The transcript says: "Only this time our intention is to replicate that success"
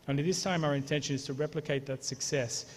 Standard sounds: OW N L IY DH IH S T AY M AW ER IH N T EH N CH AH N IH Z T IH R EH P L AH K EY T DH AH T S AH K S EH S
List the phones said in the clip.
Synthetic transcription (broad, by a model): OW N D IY DH IH S T AY M AW ER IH N T EH N SH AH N IH Z T IH R EH P L AH K EY T DH AH T S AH K S EH S